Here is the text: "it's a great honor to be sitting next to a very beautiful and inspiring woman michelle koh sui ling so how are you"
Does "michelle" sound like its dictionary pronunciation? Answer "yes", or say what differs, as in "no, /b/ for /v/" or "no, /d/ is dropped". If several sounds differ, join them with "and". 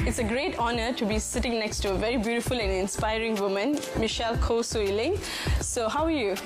yes